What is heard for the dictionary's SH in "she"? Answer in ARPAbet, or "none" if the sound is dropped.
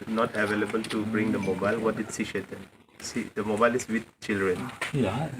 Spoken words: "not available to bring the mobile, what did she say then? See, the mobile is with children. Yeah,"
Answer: S